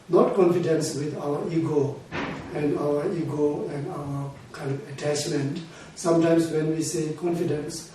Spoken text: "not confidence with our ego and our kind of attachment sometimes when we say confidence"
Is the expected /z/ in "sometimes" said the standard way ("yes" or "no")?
no